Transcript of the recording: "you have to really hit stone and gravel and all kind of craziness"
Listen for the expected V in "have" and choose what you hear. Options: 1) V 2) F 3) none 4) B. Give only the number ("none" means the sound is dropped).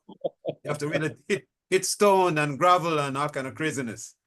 2